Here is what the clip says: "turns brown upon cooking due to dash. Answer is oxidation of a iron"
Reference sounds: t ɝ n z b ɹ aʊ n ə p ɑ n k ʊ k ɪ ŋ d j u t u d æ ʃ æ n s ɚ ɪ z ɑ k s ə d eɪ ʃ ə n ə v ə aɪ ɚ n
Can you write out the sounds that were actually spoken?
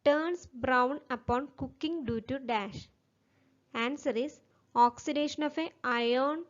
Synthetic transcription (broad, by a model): t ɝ n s b ɹ aʊ n ə p ɑ n k ʊ k ɪ ŋ d j u t u d æ ʃ æ n s ɚ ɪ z ɑ k s ə d eɪ ʃ ə n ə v ə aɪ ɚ n